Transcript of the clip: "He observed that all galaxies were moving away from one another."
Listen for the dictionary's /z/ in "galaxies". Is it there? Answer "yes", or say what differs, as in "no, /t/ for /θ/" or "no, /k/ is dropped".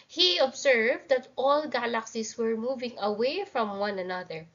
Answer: no, /s/ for /z/